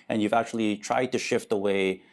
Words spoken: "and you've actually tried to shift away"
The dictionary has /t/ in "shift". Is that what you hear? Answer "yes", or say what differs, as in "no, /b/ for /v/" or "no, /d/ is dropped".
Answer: yes